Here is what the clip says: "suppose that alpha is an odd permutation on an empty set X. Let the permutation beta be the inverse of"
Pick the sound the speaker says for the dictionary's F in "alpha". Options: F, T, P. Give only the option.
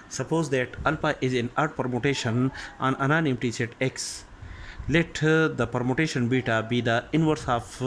P